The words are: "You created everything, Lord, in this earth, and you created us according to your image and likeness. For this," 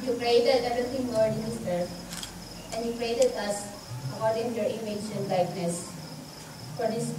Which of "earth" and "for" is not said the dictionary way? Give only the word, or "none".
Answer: earth